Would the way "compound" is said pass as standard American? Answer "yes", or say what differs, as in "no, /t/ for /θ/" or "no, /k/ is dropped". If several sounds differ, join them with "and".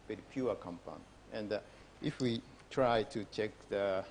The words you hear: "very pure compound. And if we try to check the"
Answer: no, /d/ is dropped